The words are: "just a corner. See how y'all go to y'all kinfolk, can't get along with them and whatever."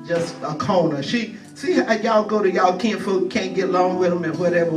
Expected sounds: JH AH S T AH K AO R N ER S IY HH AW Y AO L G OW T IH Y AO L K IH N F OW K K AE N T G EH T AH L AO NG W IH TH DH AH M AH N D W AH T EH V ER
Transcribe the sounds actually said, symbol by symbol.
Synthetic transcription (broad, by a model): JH AH S T AH K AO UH N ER SH IY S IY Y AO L G OW T IH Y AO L K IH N F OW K K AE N G EH T L AO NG W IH DH AH M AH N W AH T EH V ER